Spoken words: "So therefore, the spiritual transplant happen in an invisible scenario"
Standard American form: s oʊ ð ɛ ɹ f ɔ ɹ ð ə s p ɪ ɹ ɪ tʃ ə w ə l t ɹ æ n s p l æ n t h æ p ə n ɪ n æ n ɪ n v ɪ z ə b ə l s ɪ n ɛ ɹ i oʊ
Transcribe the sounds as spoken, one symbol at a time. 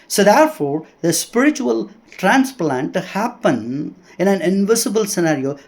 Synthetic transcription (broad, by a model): s oʊ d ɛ ɹ f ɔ ɹ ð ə s p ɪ ɹ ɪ tʃ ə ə l t ɹ æ n s p l æ n t h æ p ə n ɪ n æ n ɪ n v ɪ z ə b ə l s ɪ n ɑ ɹ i oʊ